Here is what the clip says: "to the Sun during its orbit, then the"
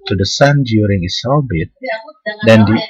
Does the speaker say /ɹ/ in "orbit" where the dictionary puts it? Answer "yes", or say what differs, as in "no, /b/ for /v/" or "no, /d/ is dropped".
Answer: no, /l/ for /ɹ/